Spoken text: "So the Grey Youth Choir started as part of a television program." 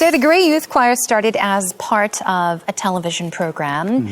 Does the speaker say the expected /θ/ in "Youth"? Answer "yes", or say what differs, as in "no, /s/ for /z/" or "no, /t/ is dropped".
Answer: yes